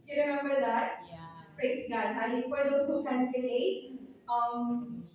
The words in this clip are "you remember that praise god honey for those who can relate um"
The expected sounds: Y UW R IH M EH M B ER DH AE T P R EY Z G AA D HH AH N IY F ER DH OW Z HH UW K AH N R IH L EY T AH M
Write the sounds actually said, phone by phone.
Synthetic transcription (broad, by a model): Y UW R IH M EH M B ER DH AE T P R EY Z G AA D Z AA L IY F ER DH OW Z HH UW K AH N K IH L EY AH M